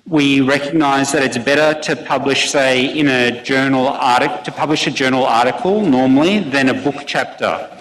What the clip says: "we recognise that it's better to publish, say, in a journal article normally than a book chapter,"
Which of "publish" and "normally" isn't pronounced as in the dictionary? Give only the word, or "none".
none